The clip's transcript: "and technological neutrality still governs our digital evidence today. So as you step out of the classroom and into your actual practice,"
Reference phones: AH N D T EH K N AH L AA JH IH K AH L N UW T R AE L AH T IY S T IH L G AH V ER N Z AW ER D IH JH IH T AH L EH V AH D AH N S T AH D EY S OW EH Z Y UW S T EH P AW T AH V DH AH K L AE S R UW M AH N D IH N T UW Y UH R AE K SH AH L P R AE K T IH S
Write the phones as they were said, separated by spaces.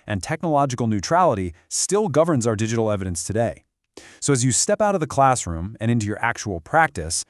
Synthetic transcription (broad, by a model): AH N T EH K N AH L AA JH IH K L N UW T R AE L AH T IY S T IH L G AH V ER N Z AW ER D IH JH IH T L EH V AH D AH N S T AH D EY S OW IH Z Y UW S T EH P AW T AH V DH AH K L AE S R UW M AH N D IH N T UW Y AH R AE K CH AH L P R AE K T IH S